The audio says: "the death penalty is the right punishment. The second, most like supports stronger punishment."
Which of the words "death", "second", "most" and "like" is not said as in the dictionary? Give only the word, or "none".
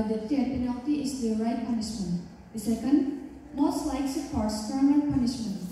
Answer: death